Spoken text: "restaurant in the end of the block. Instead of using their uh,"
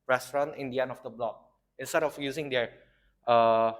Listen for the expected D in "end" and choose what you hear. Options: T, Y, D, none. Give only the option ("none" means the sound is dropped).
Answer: none